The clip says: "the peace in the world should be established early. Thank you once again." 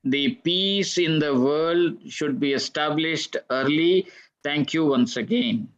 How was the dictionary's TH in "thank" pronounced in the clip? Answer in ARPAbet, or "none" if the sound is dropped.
T